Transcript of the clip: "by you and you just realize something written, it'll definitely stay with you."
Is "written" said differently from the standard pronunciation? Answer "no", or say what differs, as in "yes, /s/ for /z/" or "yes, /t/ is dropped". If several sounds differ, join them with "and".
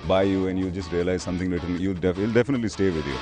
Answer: yes, /l/ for /ɹ/